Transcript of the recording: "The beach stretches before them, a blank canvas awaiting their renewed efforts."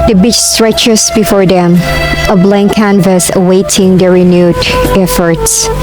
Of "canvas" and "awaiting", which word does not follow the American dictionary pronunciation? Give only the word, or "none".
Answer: none